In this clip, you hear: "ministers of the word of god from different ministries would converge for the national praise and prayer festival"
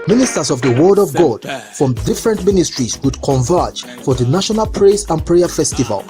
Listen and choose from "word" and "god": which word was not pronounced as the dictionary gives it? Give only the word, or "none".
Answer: none